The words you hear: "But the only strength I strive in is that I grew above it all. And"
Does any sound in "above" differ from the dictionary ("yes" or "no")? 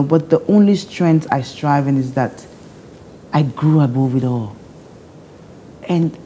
yes